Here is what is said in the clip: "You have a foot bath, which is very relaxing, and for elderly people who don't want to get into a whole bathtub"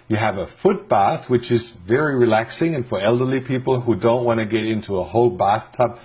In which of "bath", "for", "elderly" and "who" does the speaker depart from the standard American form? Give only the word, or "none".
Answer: none